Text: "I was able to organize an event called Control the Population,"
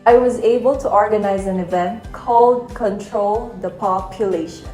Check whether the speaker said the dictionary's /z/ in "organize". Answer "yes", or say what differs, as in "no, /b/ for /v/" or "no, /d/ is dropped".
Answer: yes